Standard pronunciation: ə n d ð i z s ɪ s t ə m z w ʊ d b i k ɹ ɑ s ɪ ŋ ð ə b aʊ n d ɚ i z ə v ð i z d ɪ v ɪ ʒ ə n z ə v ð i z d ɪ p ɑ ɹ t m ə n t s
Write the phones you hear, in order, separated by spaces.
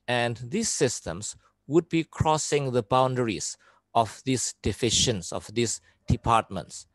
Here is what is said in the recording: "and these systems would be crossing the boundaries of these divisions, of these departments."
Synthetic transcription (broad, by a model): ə n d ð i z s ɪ s t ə m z w ʊ d b i k ɹ ɑ s ɪ ŋ ð ə b aʊ n d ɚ i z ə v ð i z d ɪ f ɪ ʃ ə n s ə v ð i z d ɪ p ɑ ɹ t m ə n t s